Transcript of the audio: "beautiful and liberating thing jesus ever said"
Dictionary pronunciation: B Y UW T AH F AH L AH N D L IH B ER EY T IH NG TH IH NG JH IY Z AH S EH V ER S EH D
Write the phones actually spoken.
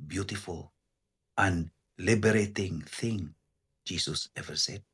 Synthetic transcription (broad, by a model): B Y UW T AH F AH L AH N L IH B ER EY T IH NG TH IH NG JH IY S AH S EH V ER S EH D